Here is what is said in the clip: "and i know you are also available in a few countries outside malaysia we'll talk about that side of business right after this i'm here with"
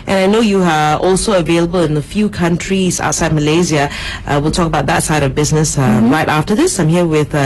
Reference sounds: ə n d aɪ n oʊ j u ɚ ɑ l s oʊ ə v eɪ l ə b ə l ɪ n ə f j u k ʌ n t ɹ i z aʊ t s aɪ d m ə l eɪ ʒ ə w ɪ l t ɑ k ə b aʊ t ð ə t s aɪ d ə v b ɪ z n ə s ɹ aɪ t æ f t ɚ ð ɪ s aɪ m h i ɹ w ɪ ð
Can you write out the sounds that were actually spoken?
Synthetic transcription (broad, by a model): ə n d aɪ n oʊ j u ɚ ɑ l s oʊ ə v eɪ l ə b ə l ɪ n ə f j u k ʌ n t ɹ i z aʊ t s aɪ d m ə l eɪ z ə w ɪ l t ɑ k ə b aʊ t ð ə t s aɪ d ə v b ɪ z n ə s ɹ aɪ t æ f t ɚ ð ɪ s aɪ m h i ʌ w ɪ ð